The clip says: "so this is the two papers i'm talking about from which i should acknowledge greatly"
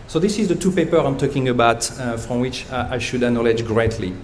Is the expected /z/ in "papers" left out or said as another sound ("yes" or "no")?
yes